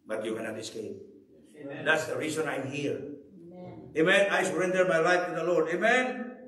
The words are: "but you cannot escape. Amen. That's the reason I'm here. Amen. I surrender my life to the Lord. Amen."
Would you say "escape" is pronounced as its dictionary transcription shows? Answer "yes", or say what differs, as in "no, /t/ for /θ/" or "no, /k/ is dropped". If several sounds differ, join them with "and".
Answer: no, /p/ is dropped